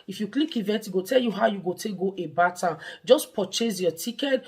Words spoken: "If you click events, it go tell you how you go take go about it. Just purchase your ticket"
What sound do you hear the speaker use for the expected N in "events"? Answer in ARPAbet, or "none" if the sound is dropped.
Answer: none